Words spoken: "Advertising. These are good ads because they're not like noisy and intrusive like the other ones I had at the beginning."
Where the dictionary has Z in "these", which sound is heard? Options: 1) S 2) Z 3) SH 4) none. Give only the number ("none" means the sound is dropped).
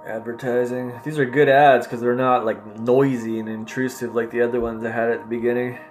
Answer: 2